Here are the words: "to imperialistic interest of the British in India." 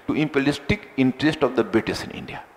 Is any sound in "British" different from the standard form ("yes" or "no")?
yes